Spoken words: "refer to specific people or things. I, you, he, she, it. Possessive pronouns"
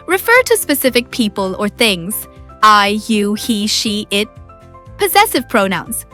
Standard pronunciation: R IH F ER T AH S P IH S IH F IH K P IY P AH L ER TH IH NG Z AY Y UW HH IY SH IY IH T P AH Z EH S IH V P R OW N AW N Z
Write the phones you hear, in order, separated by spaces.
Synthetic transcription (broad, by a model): R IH F ER T AH S P IH S IH F IH K P IY P AH L ER TH IH NG Z AY Y UW HH IY SH IY IH T P AH Z EH S IH V P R OW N AW N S